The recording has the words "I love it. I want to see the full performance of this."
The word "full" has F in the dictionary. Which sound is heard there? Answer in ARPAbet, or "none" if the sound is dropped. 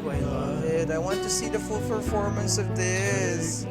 F